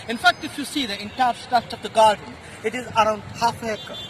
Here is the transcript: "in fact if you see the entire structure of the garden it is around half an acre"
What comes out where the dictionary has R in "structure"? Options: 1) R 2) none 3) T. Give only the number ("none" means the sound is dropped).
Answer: 2